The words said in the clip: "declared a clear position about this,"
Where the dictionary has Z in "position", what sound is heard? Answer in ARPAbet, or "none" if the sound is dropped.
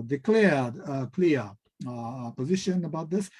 Z